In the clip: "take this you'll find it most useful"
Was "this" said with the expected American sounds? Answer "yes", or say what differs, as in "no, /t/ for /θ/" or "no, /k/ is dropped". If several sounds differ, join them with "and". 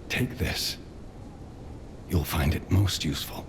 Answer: yes